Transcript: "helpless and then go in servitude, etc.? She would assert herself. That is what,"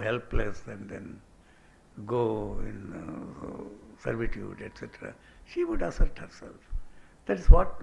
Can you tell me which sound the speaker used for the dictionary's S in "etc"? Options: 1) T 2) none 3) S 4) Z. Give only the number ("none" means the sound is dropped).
3